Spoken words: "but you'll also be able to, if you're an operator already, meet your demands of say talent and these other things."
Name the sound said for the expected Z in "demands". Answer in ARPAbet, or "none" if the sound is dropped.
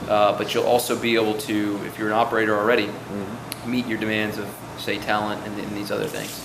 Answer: Z